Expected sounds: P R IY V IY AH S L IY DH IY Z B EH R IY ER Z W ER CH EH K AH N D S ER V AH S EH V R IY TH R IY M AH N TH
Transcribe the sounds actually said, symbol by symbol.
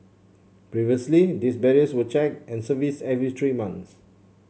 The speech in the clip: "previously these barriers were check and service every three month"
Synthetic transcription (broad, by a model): P R IY V IY AH S L IY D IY S B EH R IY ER S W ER CH EH K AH N S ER V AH S EH V R IY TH R IY M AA N S